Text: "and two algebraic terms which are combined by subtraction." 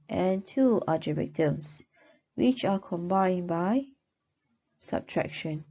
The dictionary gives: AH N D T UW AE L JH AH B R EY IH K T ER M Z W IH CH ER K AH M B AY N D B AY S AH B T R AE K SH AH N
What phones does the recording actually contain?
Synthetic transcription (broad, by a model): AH N T UW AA JH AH R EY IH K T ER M S W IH CH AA K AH M B AY N B AY S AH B T R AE K SH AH N